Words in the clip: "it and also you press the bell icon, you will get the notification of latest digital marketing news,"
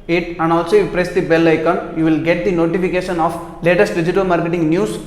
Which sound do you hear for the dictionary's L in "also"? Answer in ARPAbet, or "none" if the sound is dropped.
L